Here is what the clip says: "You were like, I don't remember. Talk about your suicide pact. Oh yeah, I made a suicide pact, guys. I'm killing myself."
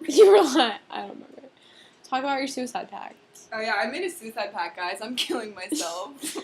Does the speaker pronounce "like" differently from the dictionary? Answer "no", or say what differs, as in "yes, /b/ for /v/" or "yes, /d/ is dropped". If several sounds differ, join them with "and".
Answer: yes, /k/ is dropped